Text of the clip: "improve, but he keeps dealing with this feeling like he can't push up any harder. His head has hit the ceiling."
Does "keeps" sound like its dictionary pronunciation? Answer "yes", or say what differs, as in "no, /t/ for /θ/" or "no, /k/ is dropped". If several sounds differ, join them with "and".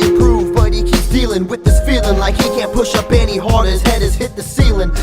no, /s/ is dropped